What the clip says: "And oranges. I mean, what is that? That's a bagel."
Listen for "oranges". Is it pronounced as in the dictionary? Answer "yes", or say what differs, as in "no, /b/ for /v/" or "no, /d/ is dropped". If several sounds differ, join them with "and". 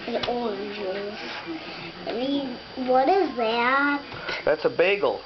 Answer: no, /n/ is dropped